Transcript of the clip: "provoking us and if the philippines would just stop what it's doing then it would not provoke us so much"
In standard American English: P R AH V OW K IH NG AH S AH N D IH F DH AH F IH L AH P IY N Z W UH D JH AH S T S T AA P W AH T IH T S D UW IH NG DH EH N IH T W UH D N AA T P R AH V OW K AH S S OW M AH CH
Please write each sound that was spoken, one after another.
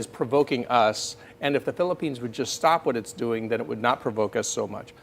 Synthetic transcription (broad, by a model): P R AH V OW K IH NG AH S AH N IH F DH AH F IH L AH P IY N Z W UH D JH AH S T S T AA P W AH T IH T S D UW IH NG DH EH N IH T W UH D N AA T P R AH V OW K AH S S OW M AH CH